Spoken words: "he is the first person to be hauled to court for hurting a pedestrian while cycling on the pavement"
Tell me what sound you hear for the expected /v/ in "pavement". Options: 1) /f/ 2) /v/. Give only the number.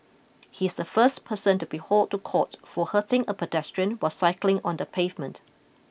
2